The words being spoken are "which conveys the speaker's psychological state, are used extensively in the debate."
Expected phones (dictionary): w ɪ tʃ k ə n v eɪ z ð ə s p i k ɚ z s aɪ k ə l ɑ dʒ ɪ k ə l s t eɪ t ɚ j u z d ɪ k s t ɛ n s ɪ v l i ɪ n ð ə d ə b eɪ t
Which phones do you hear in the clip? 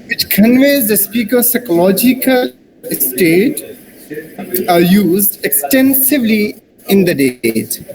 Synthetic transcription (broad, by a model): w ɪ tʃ k ə n v eɪ z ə s p i k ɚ s aɪ k ə l ɑ dʒ ɪ k ə l s t eɪ t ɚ j u z d ɪ k s t ɛ n s ɪ v l i ɪ n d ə d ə eɪ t